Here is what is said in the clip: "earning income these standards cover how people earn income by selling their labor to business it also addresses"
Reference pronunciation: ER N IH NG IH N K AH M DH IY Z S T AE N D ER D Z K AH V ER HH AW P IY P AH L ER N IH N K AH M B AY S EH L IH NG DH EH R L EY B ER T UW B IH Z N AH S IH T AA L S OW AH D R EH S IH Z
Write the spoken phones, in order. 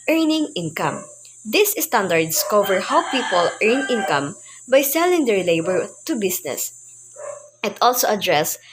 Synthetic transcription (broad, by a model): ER N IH NG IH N K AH M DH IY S S T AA N D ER D S K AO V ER HH AW P IY P AH L ER N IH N K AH M B AY S EH L IH NG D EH R L EY B ER T UW B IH S N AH S IH T AA L S OW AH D R EH S